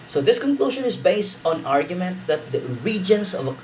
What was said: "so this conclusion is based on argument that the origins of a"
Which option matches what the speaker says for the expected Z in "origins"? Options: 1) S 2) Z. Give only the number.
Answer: 1